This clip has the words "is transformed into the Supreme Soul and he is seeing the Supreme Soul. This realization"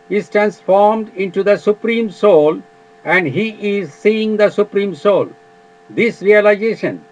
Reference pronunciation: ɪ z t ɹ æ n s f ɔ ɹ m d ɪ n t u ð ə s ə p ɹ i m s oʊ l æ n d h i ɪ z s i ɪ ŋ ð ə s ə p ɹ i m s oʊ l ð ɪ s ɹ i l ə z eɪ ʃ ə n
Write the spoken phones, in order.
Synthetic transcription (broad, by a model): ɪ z t ɹ æ n s f ɔ ɹ m d ɪ n t u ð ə s ə p ɹ i m s oʊ l æ n d h i ɪ z s i ɪ ŋ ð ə s ə p ɹ i m s oʊ l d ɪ s ɹ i l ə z eɪ ʃ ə n